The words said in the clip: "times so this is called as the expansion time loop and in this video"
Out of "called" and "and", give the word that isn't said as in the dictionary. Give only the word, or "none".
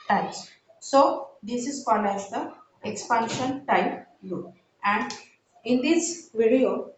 called